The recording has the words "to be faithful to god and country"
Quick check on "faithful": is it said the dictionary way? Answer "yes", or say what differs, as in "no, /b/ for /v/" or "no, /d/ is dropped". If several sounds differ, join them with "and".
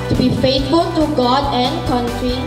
no, /t/ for /θ/